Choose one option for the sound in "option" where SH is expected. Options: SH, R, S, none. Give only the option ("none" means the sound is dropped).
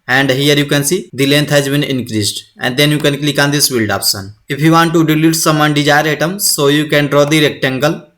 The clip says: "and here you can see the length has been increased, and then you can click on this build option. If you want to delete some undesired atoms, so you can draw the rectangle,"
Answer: S